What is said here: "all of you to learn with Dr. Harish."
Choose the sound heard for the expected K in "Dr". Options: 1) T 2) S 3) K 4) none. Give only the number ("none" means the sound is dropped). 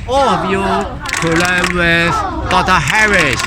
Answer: 4